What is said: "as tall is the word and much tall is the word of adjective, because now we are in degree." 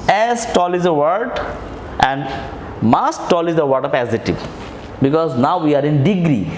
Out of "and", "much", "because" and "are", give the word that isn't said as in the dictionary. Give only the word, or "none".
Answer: much